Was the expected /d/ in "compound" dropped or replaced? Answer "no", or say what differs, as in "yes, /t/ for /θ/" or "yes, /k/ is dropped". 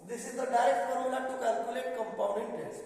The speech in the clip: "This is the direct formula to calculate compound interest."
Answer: yes, /d/ is dropped